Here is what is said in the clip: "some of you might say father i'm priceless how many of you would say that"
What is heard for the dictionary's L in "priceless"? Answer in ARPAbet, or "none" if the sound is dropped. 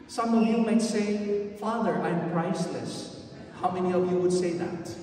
L